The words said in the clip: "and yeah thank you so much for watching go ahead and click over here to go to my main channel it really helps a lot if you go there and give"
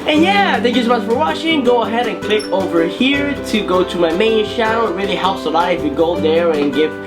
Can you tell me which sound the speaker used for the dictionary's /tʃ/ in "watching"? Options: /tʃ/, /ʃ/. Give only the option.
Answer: /ʃ/